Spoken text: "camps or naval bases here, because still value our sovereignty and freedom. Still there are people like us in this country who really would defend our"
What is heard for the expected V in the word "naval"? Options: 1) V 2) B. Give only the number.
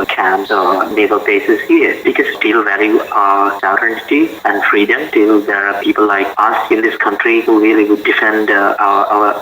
2